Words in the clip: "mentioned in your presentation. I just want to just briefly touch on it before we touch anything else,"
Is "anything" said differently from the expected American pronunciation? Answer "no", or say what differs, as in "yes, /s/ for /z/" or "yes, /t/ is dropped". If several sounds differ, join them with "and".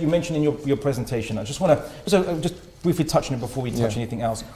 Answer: no